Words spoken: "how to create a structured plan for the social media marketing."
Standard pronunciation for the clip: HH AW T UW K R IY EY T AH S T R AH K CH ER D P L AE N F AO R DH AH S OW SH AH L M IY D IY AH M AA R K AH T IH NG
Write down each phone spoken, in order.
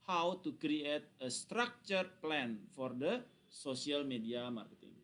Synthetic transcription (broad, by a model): HH AW T UW K R IY EY T AH S T R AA K CH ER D P L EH N F AO R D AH S OW S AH L M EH D IY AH M AA R K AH T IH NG